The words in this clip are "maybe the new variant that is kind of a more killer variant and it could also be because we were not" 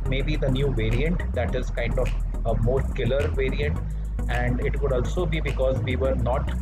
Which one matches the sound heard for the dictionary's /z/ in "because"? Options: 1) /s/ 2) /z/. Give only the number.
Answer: 2